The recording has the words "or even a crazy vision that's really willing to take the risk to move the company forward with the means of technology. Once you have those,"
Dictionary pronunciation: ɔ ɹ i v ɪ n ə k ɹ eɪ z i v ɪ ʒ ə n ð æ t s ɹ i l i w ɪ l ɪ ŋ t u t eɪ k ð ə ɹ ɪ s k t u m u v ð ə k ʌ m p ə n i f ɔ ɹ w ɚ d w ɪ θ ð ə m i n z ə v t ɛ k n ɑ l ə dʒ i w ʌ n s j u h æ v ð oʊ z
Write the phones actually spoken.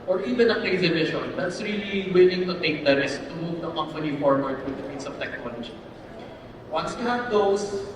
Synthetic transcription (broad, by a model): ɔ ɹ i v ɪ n ə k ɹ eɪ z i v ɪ ʃ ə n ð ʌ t s ɹ i l i w ɪ l ɪ ŋ t u t eɪ k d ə ɹ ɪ s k t u m u v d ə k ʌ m f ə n i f ɔ ɹ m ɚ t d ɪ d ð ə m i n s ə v t ɛ k n ɑ l ə dʒ i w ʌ n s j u h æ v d oʊ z